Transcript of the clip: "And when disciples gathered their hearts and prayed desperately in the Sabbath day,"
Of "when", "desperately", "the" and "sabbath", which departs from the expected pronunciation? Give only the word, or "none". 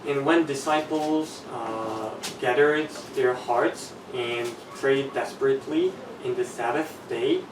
none